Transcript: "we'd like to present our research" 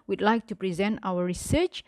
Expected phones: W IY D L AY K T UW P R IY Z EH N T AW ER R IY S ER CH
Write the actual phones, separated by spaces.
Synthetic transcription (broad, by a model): W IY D L AY K T UW P R IY Z EH N T AW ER R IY S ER CH